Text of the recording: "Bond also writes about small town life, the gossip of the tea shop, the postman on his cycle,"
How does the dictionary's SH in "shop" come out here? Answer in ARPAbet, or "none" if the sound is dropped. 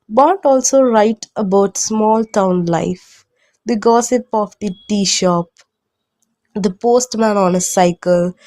SH